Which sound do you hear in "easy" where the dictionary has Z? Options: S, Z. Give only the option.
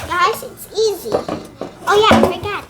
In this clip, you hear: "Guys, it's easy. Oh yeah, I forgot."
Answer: Z